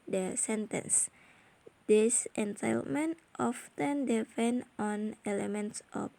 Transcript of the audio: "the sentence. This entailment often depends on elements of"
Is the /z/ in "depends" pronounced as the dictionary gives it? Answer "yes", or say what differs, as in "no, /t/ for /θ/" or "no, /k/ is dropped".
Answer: no, /z/ is dropped